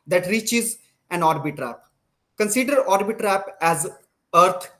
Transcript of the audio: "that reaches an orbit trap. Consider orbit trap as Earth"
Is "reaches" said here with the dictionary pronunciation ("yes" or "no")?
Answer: yes